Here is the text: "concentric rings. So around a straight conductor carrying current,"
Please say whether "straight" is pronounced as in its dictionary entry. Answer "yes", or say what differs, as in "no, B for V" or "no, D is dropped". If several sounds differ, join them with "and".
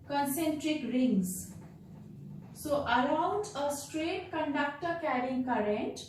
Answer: yes